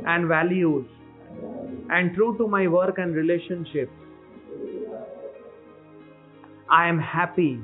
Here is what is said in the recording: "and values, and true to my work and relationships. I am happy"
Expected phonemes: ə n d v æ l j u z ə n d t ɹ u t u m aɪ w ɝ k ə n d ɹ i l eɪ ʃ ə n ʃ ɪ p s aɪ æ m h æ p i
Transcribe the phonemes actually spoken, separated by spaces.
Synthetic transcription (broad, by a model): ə n d v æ l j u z ə n d t ɹ u t u m aɪ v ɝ k ə n d ɹ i l eɪ ʃ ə n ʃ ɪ p aɪ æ m h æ p i